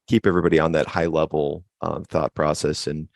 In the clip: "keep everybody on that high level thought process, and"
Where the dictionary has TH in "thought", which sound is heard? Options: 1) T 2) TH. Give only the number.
2